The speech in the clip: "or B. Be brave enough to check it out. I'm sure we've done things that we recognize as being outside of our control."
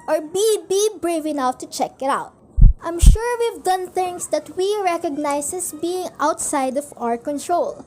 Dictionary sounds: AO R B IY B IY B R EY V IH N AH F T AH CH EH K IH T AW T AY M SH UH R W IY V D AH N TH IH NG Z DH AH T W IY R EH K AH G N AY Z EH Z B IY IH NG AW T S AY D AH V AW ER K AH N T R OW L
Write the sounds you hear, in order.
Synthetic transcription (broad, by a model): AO R B IY B IY B R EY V IH N AH F T AH CH EH K IH T AW T AY M SH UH R W IY V D AH N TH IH NG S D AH T W IY R EH K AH G N AY S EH S B IY IH NG AW T S AY D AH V AW ER K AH N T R OW L